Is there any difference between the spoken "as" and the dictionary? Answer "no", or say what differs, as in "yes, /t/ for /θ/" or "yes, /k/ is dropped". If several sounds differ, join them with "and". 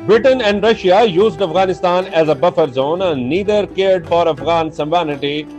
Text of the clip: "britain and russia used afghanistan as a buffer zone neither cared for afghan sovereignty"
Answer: no